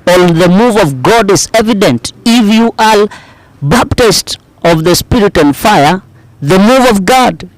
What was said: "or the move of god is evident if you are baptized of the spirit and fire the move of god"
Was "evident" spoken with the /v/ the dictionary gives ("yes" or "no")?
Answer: yes